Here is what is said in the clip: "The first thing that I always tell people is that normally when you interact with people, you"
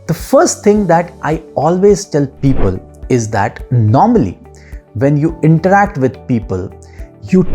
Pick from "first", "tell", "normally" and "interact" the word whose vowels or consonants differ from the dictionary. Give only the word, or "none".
none